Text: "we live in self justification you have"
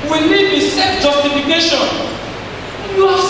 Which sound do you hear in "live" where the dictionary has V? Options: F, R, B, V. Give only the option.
B